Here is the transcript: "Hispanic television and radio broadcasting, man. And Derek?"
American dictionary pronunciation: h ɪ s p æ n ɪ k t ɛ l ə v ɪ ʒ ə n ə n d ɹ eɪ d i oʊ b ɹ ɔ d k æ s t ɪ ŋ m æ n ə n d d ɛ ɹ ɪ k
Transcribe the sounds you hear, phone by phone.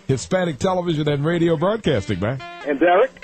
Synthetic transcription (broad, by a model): h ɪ s p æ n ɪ k t ɛ l ə v ɪ ʒ ə n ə n ɹ eɪ d i oʊ b ɹ ɔ d k æ s t ɪ ŋ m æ ə n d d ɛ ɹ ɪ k